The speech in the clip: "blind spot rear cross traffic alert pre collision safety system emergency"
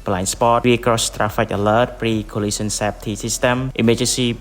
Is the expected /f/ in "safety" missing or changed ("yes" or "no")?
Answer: yes